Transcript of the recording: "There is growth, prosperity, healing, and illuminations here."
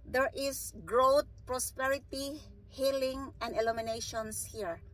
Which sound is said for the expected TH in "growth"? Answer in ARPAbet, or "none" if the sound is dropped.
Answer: T